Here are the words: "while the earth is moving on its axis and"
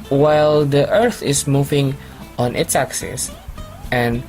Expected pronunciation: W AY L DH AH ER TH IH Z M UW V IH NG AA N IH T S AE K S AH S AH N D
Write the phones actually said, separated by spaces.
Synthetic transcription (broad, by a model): W AY L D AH ER TH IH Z M UW V IH NG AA N IH T S AE K S AH S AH N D